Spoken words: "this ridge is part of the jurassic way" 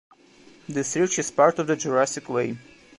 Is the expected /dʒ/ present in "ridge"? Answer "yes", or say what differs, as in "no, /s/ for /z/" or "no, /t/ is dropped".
no, /tʃ/ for /dʒ/